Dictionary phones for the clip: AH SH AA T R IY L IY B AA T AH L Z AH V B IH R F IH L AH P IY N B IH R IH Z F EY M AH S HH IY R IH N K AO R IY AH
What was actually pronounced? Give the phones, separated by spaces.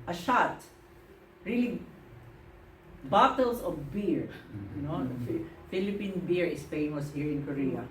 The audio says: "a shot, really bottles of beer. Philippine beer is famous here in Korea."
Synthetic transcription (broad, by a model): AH SH AA T R IY L IY B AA T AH L S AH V B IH R F IH L AH P IY N B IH R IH S F EY M AH S HH IY R IH N K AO R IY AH